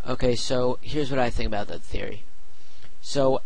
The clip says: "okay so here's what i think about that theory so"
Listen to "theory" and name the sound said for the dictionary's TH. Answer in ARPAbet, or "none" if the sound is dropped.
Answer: TH